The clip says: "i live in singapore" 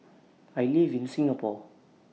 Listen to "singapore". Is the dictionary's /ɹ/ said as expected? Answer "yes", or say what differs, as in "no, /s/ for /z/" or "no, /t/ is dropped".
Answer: no, /l/ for /ɹ/